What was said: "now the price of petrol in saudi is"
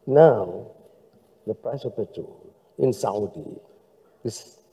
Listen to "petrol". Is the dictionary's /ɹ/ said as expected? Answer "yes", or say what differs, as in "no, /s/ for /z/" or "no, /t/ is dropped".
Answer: no, /ɹ/ is dropped